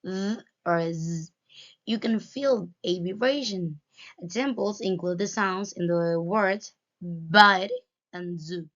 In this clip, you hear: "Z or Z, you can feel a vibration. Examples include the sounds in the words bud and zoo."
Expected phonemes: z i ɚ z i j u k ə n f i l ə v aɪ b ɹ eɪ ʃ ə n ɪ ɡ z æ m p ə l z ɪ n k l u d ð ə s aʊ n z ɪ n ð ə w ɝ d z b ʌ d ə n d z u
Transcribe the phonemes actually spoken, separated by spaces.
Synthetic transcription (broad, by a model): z ɚ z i j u k ə n f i l ə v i ɹ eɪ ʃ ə n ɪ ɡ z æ m p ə l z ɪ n k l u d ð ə s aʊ n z ɪ n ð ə w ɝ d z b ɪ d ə n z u